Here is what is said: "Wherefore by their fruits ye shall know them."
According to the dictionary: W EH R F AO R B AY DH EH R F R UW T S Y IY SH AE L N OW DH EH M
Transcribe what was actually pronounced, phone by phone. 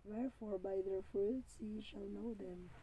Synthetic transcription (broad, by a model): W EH R F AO R B AY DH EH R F UW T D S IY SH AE L N OW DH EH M